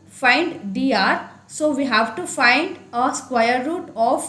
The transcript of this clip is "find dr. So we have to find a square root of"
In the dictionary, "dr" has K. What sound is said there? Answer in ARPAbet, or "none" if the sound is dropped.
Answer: none